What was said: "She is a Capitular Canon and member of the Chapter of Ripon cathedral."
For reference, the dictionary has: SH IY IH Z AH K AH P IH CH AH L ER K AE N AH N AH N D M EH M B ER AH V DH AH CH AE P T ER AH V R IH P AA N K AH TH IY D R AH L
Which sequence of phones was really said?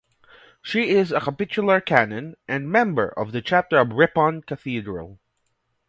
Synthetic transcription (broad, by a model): SH IY IH Z AH K AH P IH CH AH L ER K AE N AH N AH N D M EH M B ER AH V DH AH CH AE P T ER AH V R IH P AA N K AH TH IY D R AH L